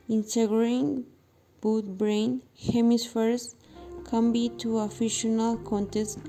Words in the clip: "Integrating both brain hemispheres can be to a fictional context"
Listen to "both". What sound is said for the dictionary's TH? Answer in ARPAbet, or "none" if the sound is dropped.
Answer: T